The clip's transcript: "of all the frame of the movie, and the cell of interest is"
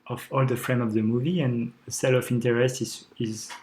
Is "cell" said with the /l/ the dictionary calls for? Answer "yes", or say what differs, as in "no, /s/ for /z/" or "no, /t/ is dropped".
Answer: yes